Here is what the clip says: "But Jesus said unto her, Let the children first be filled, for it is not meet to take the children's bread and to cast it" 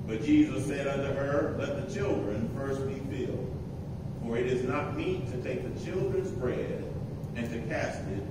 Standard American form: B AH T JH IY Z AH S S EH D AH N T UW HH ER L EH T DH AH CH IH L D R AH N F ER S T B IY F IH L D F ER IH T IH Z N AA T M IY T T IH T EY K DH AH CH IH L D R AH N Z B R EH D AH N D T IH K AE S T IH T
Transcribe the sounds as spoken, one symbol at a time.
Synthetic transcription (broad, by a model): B AH T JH IY Z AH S S EH D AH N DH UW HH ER L EH T DH AH CH IH L D R AH N F ER S T B IY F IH L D F ER IH T IH Z N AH T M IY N T IH T EY K DH AH CH IH L D R AH N Z B R EH D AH N T IH K AE S T IH T